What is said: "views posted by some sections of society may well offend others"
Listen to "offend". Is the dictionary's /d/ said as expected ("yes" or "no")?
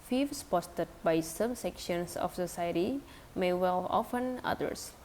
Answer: no